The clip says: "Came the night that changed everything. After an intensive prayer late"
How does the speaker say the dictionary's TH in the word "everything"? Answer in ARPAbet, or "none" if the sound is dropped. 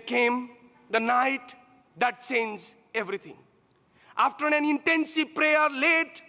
T